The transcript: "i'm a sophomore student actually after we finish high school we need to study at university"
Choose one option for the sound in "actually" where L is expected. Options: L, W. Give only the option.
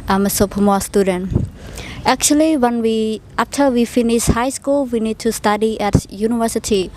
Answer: W